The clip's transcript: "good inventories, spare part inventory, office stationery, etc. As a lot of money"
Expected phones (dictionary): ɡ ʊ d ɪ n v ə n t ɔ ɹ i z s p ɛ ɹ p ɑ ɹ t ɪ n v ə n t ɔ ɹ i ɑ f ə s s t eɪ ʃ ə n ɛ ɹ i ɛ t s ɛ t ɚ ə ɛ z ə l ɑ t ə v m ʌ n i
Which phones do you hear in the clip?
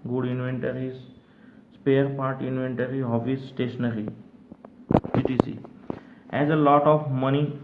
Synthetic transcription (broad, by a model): ɡ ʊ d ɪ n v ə n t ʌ ɹ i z s p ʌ ɹ p ɑ ɹ t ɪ n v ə n t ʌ ɹ i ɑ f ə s s t eɪ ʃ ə n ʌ ɹ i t i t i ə ɛ z ə l ɑ t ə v m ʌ n i